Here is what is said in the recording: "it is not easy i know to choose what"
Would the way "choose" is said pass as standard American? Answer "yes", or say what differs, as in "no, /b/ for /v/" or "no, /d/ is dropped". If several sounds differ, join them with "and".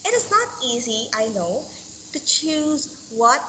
yes